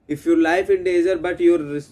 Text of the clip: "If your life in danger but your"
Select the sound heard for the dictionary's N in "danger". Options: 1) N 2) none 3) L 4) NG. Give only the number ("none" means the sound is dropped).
2